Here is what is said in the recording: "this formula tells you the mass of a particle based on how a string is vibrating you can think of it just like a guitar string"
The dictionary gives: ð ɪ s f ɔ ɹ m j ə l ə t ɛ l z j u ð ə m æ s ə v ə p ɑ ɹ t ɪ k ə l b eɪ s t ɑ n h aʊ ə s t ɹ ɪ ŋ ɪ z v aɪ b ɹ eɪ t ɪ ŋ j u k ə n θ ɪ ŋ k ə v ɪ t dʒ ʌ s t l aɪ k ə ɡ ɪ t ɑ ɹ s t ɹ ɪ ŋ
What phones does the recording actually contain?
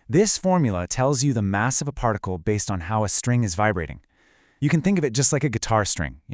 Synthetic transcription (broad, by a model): ð ɪ s f ɔ ɹ m j l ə t ɛ l z j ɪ ð ə m æ s ə v ə p ɑ ɹ t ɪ k l b eɪ s t n h aʊ ə s t ɹ ɪ ŋ ɪ z v aɪ b ɹ eɪ t ɪ ŋ j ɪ k ə n θ ɪ ŋ k ə v ɪ t dʒ ʌ s t l aɪ k ə ɡ ɪ t ɑ ɹ s t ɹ ɪ ŋ